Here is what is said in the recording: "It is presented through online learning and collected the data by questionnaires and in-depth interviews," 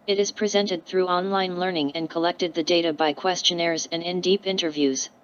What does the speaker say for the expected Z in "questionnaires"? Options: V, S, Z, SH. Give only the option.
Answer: Z